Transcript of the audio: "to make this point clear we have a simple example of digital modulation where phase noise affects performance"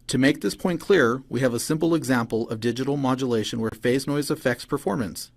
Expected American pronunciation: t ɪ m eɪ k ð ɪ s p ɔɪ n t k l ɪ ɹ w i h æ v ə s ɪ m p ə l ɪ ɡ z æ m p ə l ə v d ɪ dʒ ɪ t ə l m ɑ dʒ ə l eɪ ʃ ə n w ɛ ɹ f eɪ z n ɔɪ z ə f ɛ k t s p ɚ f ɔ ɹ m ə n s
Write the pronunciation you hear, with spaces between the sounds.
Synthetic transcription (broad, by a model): t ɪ m eɪ k ð ɪ s p ɔɪ n k l ɪ ɹ w i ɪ v ə s ɪ m p l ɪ ɡ z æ m p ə l ə v d ɪ dʒ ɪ t l m ɑ dʒ ə l eɪ ʃ ə n w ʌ ɹ f eɪ z n ɔɪ z ə f ɛ k t s p ɚ f ɔ ɹ m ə n s